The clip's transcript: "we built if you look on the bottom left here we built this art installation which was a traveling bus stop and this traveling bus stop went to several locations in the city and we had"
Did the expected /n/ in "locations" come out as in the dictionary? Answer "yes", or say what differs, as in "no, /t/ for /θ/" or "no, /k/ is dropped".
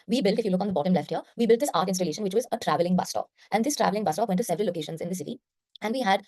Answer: yes